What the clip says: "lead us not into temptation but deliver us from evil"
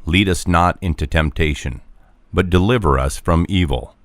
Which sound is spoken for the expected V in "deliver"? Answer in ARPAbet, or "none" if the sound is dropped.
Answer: V